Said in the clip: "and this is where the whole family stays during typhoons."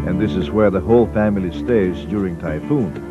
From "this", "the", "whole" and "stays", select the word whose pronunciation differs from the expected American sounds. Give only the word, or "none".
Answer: none